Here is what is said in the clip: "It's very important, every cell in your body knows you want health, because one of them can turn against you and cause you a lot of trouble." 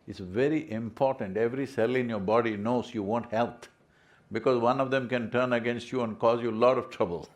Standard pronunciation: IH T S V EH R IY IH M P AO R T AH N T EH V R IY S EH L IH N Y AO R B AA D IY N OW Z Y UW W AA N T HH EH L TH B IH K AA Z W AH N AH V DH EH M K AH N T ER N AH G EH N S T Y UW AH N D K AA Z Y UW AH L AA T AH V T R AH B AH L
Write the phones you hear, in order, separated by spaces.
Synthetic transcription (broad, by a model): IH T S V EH R IY IH M P AO R T AH N T EH V R IY S EH L IH N Y AO R B AA D IY N OW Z Y UW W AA N T HH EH L T B IH K AA Z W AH N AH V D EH M K AH N T ER N AH G EH N S T Y UW AH N D K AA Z Y UW AH L AA T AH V T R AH B AH L